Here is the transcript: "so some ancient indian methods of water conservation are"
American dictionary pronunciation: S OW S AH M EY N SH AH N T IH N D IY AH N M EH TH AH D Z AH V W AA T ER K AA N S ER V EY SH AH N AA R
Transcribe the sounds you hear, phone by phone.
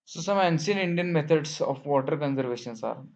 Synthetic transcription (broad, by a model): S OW S AH M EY N S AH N IH N D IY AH N M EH T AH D S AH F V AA T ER K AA N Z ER V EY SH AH N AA R